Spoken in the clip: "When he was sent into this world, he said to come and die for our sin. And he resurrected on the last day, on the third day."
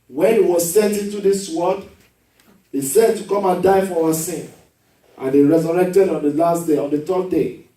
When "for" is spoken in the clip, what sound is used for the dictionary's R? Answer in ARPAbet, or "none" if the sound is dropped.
W